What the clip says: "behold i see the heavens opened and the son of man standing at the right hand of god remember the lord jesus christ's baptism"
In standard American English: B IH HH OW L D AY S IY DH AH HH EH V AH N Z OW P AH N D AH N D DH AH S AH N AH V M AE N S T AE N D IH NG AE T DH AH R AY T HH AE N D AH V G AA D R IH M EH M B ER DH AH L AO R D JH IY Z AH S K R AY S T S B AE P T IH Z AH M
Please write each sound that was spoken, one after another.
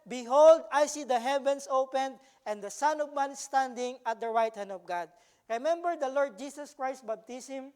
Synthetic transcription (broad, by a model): B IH HH OW L D AY S IY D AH HH EH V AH N S OW P AH N D AH N D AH S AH N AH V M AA N S T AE N D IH NG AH T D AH R AY T HH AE N D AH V G AA D R IH M EH M B ER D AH L AO R D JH IY S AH S K R AY S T B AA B T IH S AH M